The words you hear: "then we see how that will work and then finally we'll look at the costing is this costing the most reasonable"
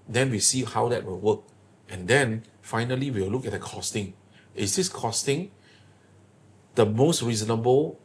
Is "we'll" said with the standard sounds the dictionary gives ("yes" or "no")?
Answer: no